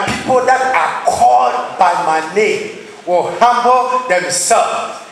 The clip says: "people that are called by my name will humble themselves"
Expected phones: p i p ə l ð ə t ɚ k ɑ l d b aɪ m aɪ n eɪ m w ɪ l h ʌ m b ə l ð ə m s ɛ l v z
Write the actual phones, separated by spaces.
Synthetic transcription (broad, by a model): p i p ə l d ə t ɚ k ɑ d b aɪ m aɪ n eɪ w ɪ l h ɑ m b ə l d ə m s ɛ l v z